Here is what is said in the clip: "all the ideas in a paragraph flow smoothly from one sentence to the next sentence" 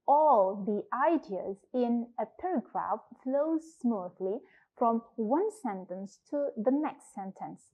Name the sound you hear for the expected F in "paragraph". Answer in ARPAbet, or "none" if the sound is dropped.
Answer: F